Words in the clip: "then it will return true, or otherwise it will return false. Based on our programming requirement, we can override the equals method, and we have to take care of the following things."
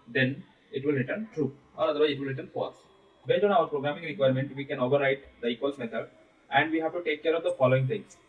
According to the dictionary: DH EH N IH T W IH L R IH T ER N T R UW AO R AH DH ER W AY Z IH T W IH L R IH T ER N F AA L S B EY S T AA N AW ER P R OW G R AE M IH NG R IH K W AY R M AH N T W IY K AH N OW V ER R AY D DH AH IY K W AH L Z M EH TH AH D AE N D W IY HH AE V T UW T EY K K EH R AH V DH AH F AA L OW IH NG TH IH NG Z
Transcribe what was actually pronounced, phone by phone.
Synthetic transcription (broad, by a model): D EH N IH T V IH L R IH T ER N T R UW AO R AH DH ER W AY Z IH T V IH L R IH T ER N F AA S B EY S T AA N AW ER P R OW G R AE M IH NG R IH K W AY R M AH N T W IY K AH N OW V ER R AY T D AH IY K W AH L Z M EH T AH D AE N D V IY HH AE V T UW T EY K K EH R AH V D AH F AA L OW IH NG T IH NG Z